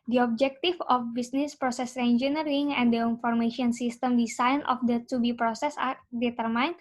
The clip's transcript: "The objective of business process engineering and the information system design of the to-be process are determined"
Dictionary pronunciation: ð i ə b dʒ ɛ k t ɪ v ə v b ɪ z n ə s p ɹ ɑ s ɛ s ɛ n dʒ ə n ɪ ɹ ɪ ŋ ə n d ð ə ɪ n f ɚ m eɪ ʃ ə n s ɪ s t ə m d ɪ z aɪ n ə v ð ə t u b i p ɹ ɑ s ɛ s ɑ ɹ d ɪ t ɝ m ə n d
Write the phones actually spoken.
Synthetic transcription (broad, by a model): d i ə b dʒ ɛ k t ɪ f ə f b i s n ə s p ɹ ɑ s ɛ s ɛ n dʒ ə n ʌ ɹ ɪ ŋ ə n d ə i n f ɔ m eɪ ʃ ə n s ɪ s t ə m d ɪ s aɪ n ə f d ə t u b i p ɹ ɑ s ɛ s ɑ ɹ d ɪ t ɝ m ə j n